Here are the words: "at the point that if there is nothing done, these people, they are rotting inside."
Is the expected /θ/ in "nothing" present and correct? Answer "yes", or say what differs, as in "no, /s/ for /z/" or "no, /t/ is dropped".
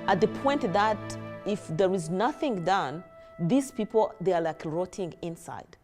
yes